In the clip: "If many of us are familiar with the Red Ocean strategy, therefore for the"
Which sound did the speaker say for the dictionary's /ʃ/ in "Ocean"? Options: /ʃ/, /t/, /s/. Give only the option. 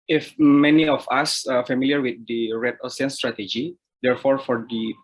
/s/